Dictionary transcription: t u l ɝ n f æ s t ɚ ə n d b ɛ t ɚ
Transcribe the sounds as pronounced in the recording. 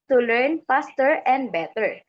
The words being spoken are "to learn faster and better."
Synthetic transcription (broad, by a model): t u l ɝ n p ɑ s t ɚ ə n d b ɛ t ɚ